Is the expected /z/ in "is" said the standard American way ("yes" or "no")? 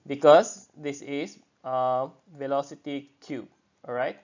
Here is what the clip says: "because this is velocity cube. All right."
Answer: no